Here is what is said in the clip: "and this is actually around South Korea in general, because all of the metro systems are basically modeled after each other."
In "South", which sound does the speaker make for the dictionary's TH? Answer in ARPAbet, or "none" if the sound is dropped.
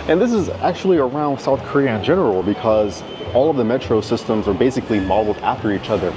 TH